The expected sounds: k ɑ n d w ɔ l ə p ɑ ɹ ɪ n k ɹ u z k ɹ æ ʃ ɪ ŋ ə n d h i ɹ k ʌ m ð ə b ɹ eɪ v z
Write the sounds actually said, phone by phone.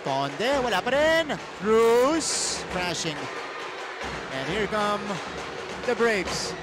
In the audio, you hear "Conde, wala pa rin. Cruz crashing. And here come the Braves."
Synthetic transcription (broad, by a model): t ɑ n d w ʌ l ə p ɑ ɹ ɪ n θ ɹ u s k ɹ æ ʃ ɪ ŋ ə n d h i ɹ k ʌ m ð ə b ɹ eɪ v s